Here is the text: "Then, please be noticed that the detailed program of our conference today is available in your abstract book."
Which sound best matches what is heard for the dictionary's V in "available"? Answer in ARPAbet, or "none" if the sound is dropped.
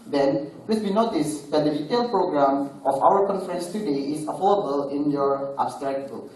F